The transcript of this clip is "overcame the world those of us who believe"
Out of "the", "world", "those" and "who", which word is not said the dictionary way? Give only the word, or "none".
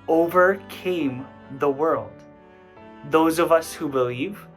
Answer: none